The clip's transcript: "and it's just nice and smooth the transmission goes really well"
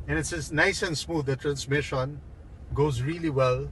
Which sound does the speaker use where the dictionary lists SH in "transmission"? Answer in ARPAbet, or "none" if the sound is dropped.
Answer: SH